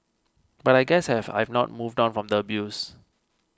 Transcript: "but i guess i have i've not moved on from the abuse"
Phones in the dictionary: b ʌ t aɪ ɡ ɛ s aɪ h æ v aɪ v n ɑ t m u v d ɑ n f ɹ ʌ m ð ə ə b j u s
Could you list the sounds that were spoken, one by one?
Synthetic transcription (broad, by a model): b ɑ t aɪ ɡ ɛ s h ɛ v aɪ v n ɑ t m u v d ɑ n f ɹ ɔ m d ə ə b j u s